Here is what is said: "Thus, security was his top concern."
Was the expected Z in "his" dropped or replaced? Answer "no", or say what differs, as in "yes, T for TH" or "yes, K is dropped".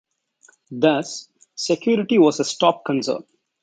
yes, S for Z